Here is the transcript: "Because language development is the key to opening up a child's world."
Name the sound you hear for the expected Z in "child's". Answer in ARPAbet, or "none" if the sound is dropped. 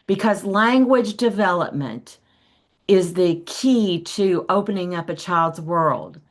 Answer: Z